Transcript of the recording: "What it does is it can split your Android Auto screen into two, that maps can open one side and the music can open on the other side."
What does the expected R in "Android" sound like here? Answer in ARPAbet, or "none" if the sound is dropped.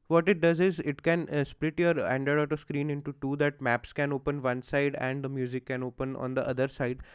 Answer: none